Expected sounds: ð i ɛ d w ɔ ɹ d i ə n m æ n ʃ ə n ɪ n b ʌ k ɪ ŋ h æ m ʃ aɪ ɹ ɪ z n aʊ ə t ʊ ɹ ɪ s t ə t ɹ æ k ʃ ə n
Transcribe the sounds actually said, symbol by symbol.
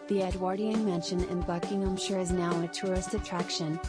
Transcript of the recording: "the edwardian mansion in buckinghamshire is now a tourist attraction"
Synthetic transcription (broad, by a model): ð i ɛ d w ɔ ɹ d i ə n m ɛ n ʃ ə n ɪ n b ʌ k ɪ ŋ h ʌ m ʃ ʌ ɹ ɪ z n aʊ ə t ʊ ɹ ɪ s t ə t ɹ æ k ʃ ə n